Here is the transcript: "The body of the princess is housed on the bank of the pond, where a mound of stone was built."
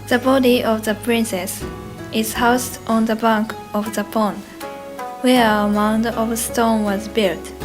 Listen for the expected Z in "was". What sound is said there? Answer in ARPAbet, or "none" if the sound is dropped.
Z